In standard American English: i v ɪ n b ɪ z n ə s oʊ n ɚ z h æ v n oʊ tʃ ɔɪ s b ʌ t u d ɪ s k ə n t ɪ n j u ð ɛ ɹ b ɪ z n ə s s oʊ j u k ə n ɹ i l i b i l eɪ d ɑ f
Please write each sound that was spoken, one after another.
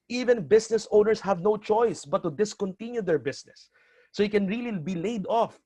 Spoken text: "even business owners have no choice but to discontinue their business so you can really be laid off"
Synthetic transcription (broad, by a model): i v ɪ n b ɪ s n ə s oʊ n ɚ s h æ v n oʊ tʃ ɔɪ s b ʌ t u d ɪ s k ə n t ɪ n j u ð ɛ ɹ b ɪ s n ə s s oʊ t k ə n ɹ i l i b i l eɪ d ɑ f